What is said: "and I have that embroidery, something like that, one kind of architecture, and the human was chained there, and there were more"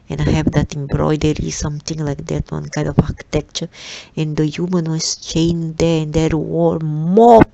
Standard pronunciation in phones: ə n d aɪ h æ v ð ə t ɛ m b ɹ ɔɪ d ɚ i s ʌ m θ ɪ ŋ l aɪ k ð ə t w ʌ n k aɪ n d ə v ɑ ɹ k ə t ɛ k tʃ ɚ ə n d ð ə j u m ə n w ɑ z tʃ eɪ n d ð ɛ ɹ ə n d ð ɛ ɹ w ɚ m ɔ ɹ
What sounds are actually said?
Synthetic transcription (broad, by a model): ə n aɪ h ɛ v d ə t ɛ m b ɹ ɔɪ d ɚ i s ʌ m t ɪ ŋ l aɪ k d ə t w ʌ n k aɪ n d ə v ɑ k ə t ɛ k tʃ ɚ ə n d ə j u m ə n w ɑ s tʃ eɪ n d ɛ ə n d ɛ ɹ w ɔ m ɔ